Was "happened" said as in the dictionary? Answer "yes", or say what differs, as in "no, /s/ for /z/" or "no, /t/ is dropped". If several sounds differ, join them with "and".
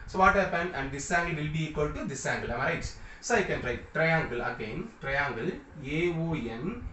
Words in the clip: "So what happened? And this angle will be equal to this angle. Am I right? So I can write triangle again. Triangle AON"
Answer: no, /d/ is dropped